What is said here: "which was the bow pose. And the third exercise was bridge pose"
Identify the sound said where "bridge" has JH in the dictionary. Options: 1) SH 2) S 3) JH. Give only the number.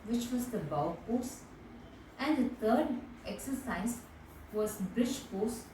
1